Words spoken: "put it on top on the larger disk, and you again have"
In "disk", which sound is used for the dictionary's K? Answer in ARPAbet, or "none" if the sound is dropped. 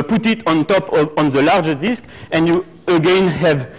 K